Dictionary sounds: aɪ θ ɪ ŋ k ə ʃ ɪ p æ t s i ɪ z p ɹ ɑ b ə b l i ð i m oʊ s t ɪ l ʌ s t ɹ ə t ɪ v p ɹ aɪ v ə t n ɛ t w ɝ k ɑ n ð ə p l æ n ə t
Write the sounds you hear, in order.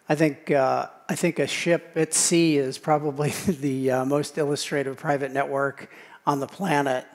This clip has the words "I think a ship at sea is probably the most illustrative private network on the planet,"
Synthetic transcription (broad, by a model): aɪ θ ɪ ŋ k ə ʃ ɪ p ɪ t s i ɪ z p ɹ ɑ b ə b l i ð i m oʊ s t ɪ l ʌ s t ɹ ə t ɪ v p ɹ aɪ v ə t n ɛ t w ɝ k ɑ n ð ə p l æ n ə t